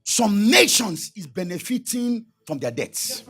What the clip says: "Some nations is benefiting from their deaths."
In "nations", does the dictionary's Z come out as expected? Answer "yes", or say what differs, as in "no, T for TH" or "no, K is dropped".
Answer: no, S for Z